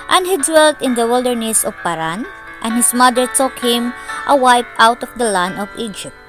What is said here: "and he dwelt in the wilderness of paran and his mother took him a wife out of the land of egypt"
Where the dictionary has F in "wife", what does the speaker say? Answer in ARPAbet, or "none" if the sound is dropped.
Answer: P